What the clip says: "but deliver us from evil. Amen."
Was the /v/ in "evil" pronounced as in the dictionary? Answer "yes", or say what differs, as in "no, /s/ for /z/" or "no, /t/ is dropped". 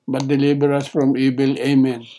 no, /b/ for /v/